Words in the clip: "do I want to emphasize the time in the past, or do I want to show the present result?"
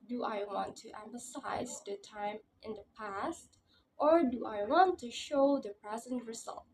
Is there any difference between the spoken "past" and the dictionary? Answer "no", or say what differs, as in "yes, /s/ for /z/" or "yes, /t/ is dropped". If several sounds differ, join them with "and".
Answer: no